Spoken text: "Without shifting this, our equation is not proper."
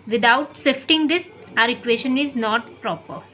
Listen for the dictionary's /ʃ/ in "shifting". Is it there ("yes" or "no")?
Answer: no